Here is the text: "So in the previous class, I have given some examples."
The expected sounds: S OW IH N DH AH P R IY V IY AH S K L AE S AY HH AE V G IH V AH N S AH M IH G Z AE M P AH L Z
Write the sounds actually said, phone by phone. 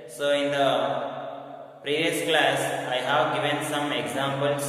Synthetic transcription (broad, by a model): S OW IH N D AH P R IY V IY AH S K L AE S AY HH AE V G IH V AH N S AH M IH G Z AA M P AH L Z